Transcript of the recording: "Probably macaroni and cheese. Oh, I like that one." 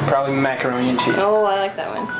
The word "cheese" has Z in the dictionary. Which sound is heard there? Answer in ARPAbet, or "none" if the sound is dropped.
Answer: none